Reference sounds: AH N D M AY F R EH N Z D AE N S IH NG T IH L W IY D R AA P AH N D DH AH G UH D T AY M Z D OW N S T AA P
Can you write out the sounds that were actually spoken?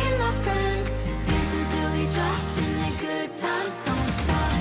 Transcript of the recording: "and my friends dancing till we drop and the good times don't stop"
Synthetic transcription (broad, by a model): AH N M AY F R EH N Z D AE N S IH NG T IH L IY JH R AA AH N DH AH G UH D T AY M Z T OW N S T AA